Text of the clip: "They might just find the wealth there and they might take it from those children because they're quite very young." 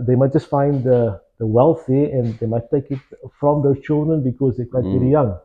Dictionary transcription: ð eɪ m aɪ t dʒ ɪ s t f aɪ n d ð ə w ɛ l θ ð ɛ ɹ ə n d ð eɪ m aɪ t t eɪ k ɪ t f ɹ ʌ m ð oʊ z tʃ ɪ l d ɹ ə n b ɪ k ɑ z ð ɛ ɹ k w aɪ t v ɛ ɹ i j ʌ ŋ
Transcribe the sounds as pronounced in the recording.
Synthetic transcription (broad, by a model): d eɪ m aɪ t dʒ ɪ s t f aɪ n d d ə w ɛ l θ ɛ ə n d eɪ m aɪ t t eɪ k ɪ t f ɹ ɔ m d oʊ tʃ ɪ l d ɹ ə n b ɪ k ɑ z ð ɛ k w aɪ t v ɛ ɹ i j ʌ ŋ